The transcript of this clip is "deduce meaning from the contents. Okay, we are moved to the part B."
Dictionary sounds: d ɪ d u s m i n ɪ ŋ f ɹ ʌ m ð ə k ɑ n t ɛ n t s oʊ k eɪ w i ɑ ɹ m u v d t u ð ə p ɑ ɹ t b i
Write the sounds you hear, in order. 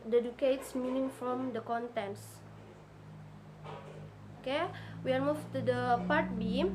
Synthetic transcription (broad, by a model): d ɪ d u s m i n ɪ ŋ f ɹ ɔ m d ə k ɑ n t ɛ n s oʊ k eɪ w i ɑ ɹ m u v t u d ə p ɑ ɹ t b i